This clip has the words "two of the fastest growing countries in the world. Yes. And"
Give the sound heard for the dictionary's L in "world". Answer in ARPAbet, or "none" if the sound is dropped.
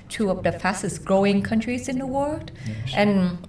L